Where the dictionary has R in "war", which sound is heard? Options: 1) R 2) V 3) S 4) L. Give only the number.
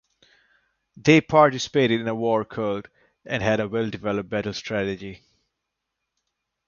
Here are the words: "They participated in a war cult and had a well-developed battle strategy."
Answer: 1